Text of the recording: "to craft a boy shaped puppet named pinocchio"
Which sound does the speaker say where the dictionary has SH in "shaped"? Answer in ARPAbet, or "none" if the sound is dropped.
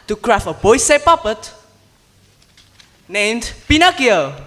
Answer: S